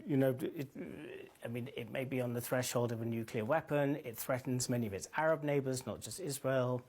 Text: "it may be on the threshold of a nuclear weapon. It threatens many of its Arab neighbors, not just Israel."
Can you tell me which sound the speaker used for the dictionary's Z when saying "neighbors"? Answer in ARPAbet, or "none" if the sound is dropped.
Z